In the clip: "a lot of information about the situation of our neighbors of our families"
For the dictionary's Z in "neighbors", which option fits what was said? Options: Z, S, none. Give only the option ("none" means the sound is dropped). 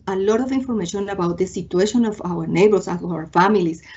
S